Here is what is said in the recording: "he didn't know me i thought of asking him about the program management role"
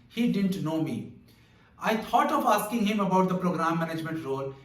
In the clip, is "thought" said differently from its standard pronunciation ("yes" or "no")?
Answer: yes